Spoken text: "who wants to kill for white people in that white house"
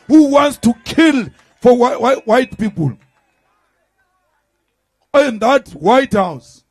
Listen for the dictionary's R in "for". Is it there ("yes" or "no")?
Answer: no